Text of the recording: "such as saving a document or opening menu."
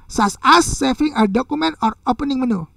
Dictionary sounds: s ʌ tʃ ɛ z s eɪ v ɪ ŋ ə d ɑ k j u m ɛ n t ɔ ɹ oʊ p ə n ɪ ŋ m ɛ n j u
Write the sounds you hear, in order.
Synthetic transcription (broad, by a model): s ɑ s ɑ s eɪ f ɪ ŋ ə d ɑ k u m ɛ n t ɔ ɹ oʊ p ə n ɪ ŋ m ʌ n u